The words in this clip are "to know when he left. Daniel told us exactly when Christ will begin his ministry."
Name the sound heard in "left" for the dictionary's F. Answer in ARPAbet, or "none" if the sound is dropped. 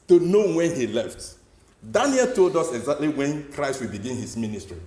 F